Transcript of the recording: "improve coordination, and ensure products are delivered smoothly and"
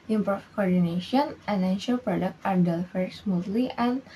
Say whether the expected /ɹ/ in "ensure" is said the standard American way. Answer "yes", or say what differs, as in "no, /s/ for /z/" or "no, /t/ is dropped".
no, /l/ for /ɹ/